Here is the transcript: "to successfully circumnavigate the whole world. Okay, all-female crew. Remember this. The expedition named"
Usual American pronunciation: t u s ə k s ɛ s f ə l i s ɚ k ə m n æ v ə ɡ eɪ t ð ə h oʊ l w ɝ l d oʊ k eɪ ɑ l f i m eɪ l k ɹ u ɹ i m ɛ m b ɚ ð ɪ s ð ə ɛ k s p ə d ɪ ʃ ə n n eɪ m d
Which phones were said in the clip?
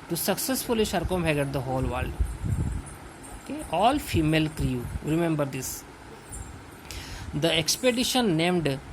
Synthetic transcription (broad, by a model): t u s ə k s ɛ s f ə l i ʃ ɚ k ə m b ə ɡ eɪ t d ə h oʊ l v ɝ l d oʊ k eɪ ɑ l f i m eɪ l k ɹ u ɹ i m ɛ m b ɚ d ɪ s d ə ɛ k s p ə d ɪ ʃ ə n n eɪ m d